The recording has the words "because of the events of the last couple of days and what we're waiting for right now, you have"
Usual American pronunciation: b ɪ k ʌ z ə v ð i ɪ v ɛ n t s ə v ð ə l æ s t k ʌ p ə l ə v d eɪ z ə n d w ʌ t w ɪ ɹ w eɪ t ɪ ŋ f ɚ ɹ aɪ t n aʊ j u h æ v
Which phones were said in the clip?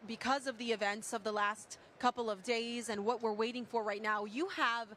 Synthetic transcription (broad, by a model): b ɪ k ʌ z ə v ð i ɪ v ɛ n t s ə v ð ə l æ s t k ʌ p l ə v d eɪ z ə n w ʌ t w ɪ ɹ w eɪ t ɪ ŋ f ɚ ɹ aɪ t n aʊ j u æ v